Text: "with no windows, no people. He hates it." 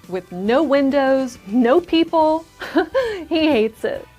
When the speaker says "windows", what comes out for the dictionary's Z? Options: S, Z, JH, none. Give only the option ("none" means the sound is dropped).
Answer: Z